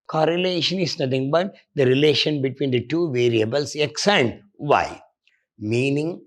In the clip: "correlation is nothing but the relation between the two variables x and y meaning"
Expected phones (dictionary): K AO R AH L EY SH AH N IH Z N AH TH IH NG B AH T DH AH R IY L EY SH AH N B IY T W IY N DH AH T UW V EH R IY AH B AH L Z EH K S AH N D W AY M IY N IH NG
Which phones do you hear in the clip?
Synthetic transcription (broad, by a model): K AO R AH L EY SH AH N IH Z N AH T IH NG B AH T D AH R IY L EY SH AH N B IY T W IY N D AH T UW V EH R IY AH B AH L S EH K S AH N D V AY M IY N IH NG